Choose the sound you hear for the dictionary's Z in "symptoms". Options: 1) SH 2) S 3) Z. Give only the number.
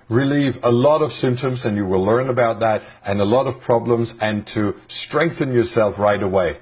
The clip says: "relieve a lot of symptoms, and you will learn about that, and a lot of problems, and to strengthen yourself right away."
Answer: 3